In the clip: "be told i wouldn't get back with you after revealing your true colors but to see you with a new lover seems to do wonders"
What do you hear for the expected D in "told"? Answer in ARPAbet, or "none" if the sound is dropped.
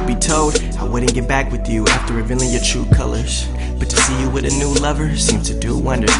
D